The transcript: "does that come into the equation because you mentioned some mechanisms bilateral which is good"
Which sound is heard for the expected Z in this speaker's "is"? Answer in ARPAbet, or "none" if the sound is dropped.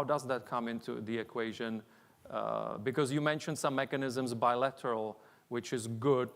Z